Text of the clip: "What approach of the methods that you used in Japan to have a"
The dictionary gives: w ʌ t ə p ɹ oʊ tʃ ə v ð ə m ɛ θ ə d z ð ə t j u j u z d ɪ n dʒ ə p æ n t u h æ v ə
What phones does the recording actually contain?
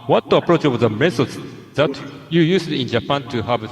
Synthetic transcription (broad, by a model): w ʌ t ə p ɹ oʊ tʃ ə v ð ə m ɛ s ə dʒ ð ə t j u j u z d ɪ n dʒ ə p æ n t u h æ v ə